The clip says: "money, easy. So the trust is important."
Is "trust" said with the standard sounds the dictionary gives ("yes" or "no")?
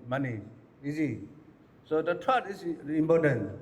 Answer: no